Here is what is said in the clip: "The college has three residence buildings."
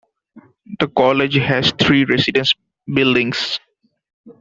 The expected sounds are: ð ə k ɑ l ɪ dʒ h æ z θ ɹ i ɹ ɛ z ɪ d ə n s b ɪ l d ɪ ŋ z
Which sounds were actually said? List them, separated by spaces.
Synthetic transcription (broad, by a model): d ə k ɑ l ɪ dʒ h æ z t ɹ i ɹ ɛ s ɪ d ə n s b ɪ l d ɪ ŋ s